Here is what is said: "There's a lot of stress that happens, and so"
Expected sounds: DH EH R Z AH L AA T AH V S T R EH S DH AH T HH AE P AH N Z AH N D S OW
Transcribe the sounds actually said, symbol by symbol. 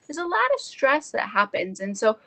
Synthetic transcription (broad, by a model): DH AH R Z AH L AA T AH V S T R EH S DH AH T HH AE P AH N Z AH N S OW